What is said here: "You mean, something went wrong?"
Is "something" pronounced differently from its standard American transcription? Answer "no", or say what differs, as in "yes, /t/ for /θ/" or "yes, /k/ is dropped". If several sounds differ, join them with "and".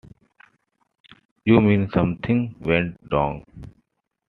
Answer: yes, /t/ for /θ/